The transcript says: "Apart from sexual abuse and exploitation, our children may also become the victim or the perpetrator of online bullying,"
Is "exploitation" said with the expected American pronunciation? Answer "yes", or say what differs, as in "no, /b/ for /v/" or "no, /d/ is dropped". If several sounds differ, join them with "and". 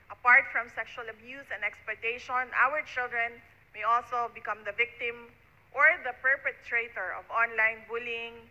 no, /l/ is dropped